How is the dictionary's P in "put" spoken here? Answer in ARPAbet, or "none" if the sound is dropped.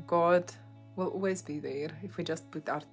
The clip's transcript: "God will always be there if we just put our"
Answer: B